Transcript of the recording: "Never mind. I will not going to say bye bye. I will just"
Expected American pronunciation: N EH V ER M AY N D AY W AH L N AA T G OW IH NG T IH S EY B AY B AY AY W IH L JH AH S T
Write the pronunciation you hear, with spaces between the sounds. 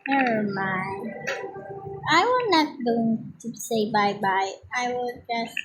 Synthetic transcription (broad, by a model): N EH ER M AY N AY W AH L N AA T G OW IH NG T IH S EY B AY B AY AY W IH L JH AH S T